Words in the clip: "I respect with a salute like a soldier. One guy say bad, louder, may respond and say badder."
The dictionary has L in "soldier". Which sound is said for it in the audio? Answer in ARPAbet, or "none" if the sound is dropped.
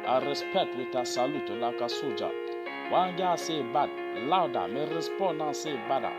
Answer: none